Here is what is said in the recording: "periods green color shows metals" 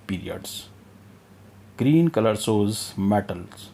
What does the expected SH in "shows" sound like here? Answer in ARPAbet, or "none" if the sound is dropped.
S